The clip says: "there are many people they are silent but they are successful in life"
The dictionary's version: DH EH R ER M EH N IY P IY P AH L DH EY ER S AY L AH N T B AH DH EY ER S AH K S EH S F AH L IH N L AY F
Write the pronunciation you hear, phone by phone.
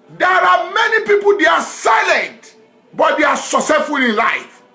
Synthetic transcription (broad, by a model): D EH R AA M EH N IY P IY P AH L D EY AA S AY L AH N T B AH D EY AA S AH S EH F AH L IH N L AY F